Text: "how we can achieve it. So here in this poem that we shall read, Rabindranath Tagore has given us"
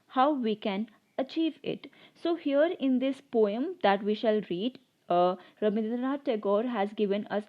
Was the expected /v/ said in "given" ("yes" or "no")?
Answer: yes